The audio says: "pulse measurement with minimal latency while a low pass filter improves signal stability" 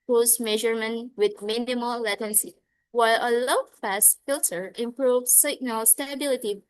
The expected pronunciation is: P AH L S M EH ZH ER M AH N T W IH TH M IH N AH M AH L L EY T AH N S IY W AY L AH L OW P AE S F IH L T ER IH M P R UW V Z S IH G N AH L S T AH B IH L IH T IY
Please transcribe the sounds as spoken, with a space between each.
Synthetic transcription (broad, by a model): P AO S M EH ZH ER M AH N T W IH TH M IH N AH M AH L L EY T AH N S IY W AY L AH L OW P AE S F IH L T ER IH M P R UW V S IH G N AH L S T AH B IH L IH T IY